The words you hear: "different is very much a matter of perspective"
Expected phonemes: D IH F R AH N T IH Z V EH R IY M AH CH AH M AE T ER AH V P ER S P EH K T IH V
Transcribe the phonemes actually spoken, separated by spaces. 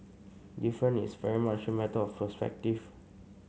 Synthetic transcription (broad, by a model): D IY F R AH N IH S V EH R IY M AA CH AH M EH T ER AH F P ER S P EH K T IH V